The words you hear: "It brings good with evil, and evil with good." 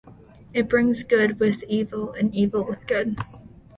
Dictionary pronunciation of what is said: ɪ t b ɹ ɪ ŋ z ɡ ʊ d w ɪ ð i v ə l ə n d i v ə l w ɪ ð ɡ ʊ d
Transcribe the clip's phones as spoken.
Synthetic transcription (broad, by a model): ɪ t b ɹ ɪ ŋ z ɡ ʊ d w ɪ ð i v l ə n i v l w ɪ ð ɡ ʊ d